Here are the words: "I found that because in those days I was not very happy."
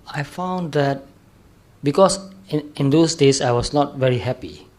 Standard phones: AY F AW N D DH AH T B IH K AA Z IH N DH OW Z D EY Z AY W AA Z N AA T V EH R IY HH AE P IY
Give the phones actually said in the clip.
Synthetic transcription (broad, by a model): AY F AW N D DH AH T B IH K AA S IH N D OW S D EY S AY W AA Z N AA T V EH R IY HH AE P IY